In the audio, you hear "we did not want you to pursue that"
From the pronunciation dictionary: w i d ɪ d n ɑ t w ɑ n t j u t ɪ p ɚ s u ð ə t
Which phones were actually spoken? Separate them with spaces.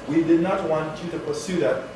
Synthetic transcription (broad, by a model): w i d ɪ d n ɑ t w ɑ n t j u t ɪ p ɚ s u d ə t